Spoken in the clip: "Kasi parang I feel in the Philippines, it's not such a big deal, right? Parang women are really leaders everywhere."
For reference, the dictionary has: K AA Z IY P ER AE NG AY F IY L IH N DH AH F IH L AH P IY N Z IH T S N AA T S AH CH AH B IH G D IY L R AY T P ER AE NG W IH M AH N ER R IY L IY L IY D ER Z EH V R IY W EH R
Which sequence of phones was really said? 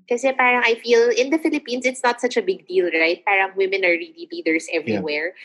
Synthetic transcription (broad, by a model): K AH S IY P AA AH NG AY F IY L IH N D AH F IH L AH P IY N S IH T S N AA T S AH CH AH B IH G D IY L R AY T P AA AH NG W IH M AH N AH R IY L IY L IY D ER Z EH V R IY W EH R